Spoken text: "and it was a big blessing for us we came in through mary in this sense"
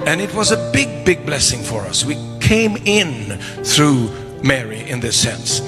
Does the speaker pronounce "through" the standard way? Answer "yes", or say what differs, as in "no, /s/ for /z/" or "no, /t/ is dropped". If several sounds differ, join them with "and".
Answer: yes